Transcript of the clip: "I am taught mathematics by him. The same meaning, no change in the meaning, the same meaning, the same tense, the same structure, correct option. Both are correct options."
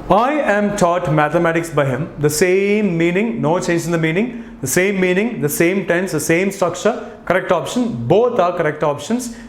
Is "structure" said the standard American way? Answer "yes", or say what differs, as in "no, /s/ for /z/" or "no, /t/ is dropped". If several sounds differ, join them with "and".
no, /ɹ/ is dropped and /ʃ/ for /tʃ/